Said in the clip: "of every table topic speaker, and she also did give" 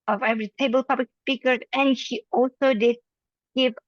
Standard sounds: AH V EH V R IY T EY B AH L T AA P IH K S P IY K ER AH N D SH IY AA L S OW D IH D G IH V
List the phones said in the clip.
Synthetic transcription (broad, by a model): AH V EH V R IY T EY B AH L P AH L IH K S P IY K ER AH N SH IY AA L S OW D IH D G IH V